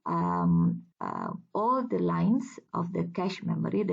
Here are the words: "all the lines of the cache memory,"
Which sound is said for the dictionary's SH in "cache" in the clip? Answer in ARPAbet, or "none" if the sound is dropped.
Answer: SH